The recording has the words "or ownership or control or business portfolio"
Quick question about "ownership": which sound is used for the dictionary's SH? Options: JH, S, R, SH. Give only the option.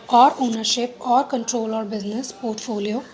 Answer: SH